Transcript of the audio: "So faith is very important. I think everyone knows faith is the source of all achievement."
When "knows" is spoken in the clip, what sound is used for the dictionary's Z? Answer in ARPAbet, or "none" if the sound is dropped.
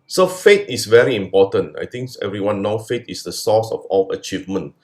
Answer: none